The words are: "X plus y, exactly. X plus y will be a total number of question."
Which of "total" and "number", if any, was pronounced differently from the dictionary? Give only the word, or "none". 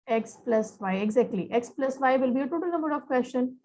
none